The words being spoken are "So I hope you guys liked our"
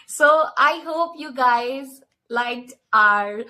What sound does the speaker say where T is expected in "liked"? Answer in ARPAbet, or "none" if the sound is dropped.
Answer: none